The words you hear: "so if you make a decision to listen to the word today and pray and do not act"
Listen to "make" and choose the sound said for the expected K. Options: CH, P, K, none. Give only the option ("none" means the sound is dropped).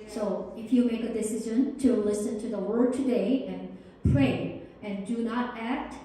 K